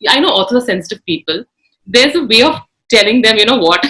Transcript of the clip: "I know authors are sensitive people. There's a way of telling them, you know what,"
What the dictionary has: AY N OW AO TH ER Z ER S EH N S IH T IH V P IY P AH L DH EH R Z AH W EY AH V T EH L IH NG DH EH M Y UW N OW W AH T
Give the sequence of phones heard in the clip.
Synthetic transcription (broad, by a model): AY N OW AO S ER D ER S EH N S IH T IH V P IY P AH L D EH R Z AH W EY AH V T EH L IH NG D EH M Y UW N OW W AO T